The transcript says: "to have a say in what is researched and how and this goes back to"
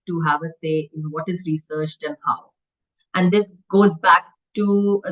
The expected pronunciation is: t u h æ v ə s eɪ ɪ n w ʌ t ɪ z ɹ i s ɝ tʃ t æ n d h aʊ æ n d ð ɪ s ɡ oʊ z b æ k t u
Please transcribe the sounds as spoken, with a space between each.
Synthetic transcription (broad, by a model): t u h æ v ə s eɪ ɪ n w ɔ t ɪ z ɹ i s ɝ tʃ t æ n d h aʊ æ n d ɪ s ɡ oʊ z b æ k t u